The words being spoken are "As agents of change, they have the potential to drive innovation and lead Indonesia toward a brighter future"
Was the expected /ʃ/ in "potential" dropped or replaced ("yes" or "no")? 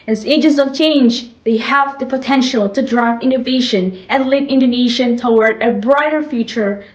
no